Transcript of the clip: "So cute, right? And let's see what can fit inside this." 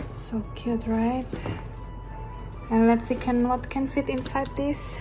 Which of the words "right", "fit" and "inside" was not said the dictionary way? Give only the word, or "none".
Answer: none